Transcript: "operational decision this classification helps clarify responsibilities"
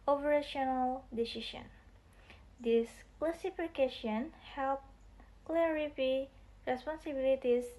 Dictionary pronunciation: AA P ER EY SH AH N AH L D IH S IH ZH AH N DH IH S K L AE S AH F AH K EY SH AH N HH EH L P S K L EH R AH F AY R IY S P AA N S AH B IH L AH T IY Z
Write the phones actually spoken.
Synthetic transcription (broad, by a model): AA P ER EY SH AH N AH L D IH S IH SH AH N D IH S K L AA S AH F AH K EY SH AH N HH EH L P K L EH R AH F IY R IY S P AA N S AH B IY L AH T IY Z